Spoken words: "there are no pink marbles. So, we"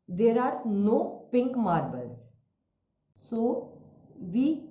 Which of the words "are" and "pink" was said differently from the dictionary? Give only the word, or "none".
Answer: none